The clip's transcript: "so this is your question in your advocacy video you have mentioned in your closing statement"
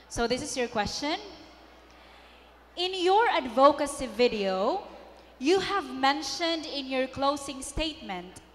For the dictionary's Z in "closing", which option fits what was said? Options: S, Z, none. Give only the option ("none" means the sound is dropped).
S